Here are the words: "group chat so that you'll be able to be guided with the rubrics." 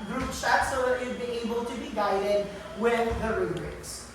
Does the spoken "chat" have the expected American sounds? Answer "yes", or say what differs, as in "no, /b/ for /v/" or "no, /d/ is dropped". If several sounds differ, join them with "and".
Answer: no, /s/ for /tʃ/